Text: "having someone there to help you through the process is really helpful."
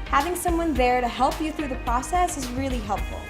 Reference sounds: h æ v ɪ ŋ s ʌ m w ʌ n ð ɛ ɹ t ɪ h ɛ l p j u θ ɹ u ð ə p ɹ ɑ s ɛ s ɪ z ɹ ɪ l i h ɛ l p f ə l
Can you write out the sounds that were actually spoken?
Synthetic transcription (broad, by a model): h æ v ɪ ŋ s ʌ m w ʌ n ð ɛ ɹ t ɪ h ɛ l p j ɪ θ ɹ u ð ə p ɹ ɑ s ɛ s ɪ z ɹ ɪ l i h ɛ l p f l